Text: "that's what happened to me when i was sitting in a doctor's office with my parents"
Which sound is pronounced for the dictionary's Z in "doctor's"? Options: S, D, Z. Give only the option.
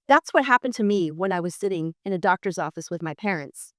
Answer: Z